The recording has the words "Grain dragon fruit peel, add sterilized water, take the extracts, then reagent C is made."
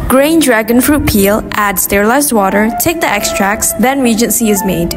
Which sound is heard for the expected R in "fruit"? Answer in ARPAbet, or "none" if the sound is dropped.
R